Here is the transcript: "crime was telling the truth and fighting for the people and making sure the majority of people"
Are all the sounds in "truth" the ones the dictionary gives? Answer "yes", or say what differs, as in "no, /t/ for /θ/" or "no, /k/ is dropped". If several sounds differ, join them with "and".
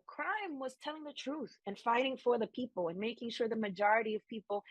yes